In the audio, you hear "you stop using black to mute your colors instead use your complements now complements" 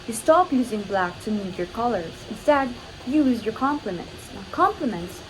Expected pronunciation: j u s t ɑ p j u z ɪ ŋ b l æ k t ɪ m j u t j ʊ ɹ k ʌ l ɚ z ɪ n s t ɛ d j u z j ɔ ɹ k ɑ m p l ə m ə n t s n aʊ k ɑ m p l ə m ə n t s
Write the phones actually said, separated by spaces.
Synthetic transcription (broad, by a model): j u s t ɑ p j u z ɪ ŋ b l æ k t ɪ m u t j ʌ ɹ k ʌ l ɚ z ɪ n s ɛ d j u z j ɔ ɹ k ɑ m p l ə m ə n t s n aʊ k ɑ m p l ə m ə n t s